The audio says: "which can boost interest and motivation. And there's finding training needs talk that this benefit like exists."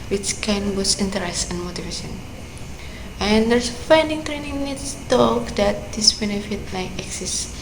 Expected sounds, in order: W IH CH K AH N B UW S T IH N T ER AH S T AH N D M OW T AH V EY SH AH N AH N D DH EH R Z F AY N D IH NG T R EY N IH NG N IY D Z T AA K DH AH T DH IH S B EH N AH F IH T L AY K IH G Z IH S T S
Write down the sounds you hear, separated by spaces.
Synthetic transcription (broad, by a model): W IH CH K AH N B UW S IH N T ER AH S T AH N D M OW T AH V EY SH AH N AH N D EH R S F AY N D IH NG T R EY N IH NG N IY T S T AA K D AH T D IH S B EH N AH F IH T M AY IH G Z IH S S